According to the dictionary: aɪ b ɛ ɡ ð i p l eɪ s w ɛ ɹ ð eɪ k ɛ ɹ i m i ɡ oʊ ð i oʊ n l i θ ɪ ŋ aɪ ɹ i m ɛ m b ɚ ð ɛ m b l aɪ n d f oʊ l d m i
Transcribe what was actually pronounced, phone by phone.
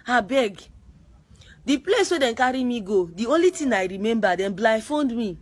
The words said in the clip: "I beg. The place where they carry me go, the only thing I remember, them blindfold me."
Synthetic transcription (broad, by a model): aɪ b ɛ ɡ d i p l eɪ s w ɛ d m k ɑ ɹ i m i ɡ oʊ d i oʊ n l i t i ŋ aɪ ɹ i m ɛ m b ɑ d ɛ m b l aɪ f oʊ n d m i